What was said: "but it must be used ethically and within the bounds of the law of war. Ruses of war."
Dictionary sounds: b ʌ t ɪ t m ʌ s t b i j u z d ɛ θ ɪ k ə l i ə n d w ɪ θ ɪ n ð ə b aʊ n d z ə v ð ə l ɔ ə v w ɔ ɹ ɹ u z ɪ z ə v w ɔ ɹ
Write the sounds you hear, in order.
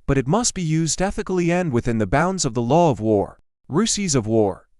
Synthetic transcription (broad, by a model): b ʌ t ɪ t m ʌ s t b i j u z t ɛ θ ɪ k l i ə n d w ɪ θ ɪ n ð ə b aʊ n d z ə v ð ə l ɔ ə v w ɔ ɹ ɹ u s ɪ z ə v w ɔ ɹ